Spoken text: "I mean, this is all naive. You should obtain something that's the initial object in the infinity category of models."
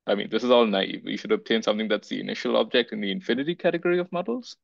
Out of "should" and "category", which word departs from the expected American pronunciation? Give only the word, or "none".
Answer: none